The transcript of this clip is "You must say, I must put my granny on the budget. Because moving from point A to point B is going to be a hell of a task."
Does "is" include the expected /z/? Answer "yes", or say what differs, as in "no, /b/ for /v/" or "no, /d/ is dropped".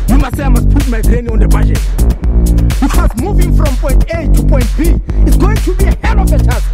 no, /s/ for /z/